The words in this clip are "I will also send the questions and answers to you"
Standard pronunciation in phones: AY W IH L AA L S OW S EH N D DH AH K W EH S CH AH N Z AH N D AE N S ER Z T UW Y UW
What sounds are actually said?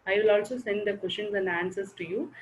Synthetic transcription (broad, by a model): AY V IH L AA L S OW S EH N D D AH K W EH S SH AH N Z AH N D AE N S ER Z T UW Y UW